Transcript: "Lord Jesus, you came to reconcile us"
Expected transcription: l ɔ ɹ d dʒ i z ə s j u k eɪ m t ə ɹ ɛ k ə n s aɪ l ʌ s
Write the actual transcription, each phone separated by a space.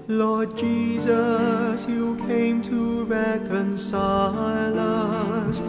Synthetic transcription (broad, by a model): l ɔ ɹ d dʒ i z ə s j u k eɪ m t ə ɹ ɛ k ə n s aɪ l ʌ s